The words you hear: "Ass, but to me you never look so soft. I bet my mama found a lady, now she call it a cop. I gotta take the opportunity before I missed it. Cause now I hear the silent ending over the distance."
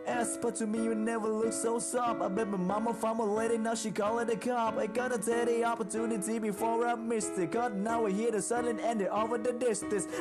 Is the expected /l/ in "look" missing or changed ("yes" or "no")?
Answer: no